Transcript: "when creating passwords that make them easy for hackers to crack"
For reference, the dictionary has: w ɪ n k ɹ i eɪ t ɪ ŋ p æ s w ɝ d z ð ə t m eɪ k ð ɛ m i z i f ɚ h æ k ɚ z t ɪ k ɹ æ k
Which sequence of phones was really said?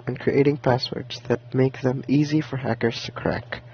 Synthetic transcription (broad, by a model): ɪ n k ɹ i eɪ t ɪ ŋ p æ s w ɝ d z ð ə t m eɪ k ð ɛ m i z i f ɚ h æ k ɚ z t ɪ k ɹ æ k